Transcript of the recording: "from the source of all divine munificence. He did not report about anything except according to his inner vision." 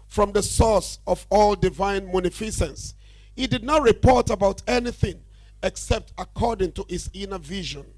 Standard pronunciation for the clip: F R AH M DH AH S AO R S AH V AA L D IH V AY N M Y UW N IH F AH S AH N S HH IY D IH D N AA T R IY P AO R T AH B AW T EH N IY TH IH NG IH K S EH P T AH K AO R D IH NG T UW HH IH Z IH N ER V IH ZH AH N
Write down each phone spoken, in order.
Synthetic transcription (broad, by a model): F R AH M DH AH S AO S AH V AA L D IH V AY N M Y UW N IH F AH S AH N S HH IY D IH D N AA T R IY P AO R T AH B AW T EH N IY TH IH NG IH K S EH P T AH K AO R D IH NG T UW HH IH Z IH N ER V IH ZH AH N